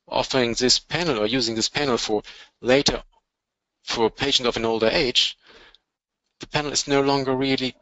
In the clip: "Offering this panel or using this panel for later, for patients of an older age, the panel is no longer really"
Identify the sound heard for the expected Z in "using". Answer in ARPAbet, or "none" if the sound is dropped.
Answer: Z